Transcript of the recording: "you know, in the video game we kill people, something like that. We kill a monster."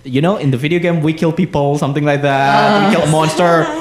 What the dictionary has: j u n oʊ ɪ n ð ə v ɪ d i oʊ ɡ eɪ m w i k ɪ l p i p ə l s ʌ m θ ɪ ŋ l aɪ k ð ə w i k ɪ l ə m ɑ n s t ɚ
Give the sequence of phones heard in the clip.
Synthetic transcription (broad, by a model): j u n oʊ ɪ n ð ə v ɪ d i oʊ ɡ eɪ m w i k ɪ l p i p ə l s ʌ m θ ɪ ŋ l aɪ k ð ə w i k ɪ l ə m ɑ n s t ɚ